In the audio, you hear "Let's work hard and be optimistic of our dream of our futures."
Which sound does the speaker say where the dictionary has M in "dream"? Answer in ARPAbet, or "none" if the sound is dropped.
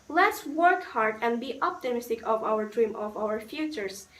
M